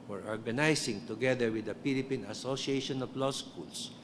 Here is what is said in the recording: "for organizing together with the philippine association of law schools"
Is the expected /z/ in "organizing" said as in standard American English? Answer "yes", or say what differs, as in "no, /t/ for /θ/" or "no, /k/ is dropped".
no, /s/ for /z/